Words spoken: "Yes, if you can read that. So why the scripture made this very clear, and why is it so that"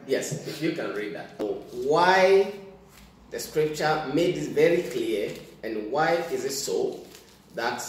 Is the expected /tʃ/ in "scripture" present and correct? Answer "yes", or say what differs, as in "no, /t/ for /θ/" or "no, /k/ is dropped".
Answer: yes